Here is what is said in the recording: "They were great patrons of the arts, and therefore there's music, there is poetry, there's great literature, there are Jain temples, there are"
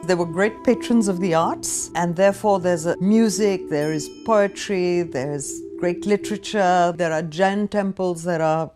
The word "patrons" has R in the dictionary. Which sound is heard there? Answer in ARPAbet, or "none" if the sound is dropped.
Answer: R